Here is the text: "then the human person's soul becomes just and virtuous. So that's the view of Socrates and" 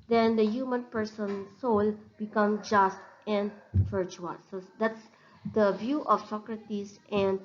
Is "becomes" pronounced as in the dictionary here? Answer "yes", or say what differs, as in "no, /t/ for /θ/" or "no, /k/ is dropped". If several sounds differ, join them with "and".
no, /z/ is dropped